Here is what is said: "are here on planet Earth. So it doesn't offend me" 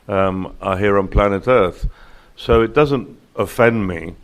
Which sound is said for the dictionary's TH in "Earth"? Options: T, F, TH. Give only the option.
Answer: TH